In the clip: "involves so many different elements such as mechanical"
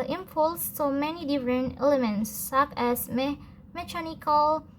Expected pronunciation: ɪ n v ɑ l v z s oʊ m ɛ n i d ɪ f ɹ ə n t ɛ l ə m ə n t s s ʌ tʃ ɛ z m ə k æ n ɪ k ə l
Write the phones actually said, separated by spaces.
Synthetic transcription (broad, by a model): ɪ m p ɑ l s s oʊ m ɛ n i d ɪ f ɹ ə n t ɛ l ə m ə n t s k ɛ s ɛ m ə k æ n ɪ k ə l